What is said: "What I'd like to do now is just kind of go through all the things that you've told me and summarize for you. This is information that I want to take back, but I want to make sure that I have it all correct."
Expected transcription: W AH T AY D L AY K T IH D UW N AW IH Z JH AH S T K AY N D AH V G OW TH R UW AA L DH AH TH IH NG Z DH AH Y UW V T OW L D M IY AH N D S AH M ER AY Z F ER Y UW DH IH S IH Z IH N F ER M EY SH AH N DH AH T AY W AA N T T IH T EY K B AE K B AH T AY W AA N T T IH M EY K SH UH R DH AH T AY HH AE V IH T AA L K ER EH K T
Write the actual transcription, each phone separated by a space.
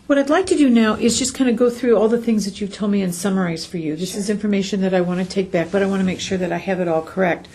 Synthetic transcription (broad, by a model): W AH T AY D L AY K T IH D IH N AW IH Z JH AH S K AY N D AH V G OW TH R UW AA L DH AH TH IH NG Z DH AH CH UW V T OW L M IY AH N S AH M ER AY Z F ER Y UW DH IH S IH Z IH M F ER M EY SH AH N DH AH T AY W AA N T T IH T EY K B AE K B AH T AY W AA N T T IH M EY K SH UH R DH AH T AY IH V IH T AA L K ER EH K T